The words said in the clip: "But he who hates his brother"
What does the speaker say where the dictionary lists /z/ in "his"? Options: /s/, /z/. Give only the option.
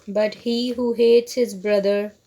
/z/